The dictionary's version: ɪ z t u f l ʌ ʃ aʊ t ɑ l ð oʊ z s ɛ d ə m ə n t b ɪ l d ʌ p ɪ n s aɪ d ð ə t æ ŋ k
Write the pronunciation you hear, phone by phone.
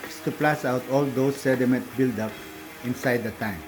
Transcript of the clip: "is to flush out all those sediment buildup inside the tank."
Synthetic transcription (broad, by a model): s t u p l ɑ s aʊ t ɑ l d oʊ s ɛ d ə m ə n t b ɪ l d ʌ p ɪ n s aɪ d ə t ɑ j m